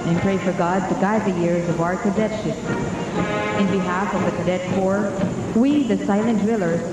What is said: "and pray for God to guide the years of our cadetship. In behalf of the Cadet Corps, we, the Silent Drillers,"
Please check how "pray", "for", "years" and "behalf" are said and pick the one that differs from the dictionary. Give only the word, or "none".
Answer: none